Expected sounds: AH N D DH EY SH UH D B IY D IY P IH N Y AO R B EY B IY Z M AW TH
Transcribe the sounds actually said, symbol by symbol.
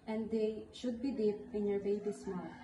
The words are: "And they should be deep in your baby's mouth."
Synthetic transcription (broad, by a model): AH N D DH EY SH UH D B IY D IY P IH N Y AO R B EY B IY S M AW